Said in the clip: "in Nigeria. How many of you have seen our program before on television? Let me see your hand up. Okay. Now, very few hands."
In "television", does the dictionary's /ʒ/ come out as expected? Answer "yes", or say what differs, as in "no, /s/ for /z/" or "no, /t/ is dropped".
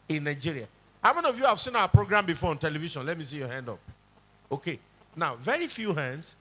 no, /ʃ/ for /ʒ/